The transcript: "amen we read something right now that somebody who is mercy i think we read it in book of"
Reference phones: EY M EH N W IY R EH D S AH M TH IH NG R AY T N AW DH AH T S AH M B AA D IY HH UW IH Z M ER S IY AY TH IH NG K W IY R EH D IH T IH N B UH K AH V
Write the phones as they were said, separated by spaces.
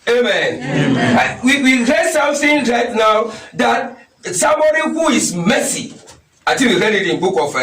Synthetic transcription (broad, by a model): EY M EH N W IY R EH D S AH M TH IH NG R AY T N AW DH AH T S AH M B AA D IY HH UW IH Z M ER S IY AY T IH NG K W IY R EH D IH T IH N B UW K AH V